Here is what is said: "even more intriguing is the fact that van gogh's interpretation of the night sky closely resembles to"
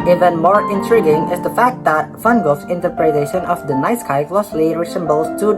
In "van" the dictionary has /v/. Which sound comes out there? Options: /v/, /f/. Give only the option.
/f/